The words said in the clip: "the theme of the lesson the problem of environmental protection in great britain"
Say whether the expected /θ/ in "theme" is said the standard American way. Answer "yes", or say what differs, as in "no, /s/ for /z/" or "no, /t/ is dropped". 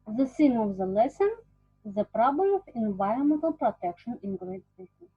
no, /s/ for /θ/